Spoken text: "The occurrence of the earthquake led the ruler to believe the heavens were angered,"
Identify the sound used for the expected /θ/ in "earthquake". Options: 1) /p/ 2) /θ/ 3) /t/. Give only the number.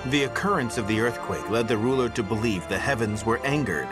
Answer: 2